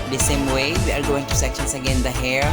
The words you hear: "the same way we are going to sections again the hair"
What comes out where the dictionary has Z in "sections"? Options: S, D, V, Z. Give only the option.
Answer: S